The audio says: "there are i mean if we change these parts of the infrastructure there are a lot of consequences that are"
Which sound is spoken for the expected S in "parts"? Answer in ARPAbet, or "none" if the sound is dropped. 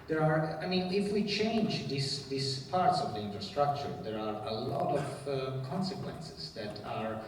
S